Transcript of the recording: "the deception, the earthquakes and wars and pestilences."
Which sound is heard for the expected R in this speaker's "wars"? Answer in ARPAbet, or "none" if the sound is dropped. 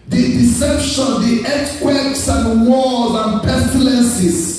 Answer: L